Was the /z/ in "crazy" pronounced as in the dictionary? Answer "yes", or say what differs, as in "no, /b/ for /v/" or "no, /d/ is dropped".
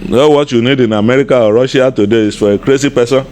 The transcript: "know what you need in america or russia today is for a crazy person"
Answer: no, /s/ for /z/